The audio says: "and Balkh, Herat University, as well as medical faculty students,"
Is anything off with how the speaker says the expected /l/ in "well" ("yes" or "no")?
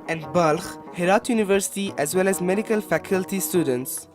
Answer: no